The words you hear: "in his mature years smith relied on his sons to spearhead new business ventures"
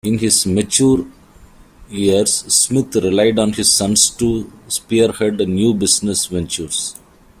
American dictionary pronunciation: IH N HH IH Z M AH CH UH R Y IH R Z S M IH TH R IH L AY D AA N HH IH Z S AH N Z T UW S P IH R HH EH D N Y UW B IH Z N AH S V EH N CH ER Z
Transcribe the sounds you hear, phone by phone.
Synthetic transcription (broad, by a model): IH N HH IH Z M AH CH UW R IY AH R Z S M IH T R IH L AY D AA N HH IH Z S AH N S T UW S P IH R HH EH D N Y UW B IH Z N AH S V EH N CH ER S